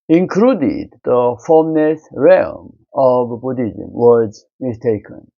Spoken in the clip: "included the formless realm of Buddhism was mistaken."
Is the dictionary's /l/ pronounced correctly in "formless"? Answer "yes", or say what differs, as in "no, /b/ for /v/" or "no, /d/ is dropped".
no, /n/ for /l/